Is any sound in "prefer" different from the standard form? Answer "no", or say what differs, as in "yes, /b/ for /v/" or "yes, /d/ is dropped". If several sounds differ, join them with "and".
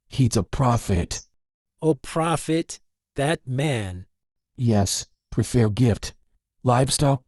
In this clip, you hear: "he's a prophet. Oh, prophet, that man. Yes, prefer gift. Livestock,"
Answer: no